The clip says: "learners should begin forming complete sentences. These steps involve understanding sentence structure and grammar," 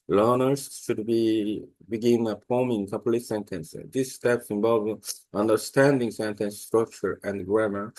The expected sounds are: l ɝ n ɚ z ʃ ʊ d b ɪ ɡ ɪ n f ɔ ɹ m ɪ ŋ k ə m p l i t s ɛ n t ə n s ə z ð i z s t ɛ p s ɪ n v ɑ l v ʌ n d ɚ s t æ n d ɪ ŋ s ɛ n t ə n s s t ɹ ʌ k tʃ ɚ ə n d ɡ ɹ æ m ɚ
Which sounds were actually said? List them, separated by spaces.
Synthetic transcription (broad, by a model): l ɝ n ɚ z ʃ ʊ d b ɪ ɡ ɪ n p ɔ m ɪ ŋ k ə p l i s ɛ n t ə n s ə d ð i s t ɛ p s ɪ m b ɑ l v ʌ n d ɚ s t æ n d ɪ ŋ s ɛ n t ə n s s t ɹ ʌ k tʃ ɚ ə n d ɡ ɹ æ m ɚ